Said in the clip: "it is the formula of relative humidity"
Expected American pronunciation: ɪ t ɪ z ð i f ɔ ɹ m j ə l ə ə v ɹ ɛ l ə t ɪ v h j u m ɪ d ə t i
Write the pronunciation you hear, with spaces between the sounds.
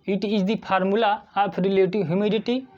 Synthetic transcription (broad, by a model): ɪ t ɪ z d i p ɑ ɹ m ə l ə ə p ɹ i l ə t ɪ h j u m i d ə t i